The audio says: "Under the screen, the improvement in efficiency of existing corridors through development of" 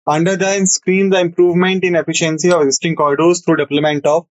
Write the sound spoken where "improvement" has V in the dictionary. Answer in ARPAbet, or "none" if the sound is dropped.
V